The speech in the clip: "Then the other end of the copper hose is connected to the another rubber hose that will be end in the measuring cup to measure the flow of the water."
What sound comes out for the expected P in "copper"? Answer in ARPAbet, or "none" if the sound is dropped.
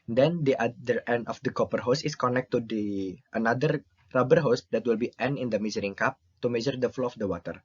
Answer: P